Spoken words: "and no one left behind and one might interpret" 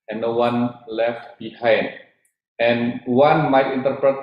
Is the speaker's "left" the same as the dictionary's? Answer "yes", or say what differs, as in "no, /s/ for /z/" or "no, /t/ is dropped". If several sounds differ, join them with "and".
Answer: yes